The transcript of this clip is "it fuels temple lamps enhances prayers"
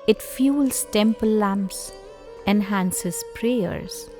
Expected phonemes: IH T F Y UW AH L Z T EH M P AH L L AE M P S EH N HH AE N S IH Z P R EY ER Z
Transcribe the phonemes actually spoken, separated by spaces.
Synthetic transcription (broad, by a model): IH T F Y UW L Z T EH M P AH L L AE M P S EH N HH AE N S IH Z P R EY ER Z